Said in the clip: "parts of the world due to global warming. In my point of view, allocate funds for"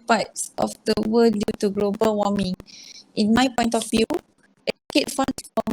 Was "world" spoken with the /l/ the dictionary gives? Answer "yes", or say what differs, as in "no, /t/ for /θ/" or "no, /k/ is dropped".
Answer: no, /l/ is dropped